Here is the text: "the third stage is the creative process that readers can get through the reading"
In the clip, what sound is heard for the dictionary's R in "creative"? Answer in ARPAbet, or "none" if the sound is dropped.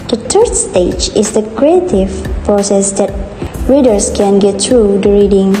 R